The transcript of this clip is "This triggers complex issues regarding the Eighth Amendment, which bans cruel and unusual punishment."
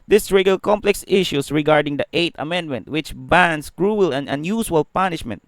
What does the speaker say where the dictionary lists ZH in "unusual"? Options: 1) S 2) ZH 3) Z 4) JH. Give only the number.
1